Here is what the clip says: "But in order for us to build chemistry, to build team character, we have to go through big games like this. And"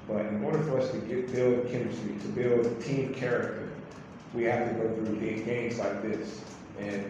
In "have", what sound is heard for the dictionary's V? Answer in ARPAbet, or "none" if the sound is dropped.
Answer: F